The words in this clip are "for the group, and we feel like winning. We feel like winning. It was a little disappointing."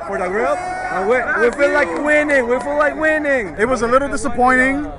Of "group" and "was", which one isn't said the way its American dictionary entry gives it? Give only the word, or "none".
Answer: group